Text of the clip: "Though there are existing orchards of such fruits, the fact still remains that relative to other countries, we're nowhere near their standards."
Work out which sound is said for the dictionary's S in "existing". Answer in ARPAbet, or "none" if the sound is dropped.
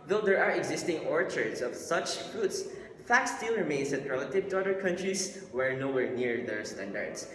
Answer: S